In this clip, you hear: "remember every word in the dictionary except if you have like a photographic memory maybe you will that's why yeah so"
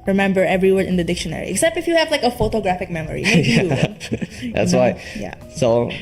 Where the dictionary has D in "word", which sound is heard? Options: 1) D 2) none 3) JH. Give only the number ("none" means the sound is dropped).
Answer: 2